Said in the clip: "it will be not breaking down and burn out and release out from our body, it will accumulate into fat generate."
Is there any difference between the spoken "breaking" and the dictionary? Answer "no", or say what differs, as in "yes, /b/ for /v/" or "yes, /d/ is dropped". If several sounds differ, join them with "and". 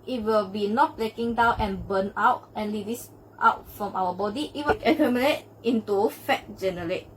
yes, /l/ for /ɹ/